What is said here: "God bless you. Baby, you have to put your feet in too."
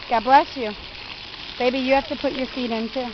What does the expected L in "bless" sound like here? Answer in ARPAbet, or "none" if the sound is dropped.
L